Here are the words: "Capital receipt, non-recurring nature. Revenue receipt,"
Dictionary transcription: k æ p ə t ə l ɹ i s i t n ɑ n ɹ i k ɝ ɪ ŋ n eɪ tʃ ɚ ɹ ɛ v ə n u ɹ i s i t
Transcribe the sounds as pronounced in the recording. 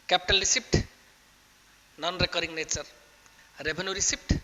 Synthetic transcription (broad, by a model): k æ p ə t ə l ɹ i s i t n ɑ n ɹ i k ɝ ɪ ŋ n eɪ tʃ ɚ ɹ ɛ b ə n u ɹ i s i t